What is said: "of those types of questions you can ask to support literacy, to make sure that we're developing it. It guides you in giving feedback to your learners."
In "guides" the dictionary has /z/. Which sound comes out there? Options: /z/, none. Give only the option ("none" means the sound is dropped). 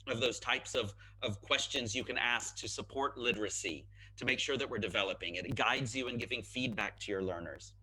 /z/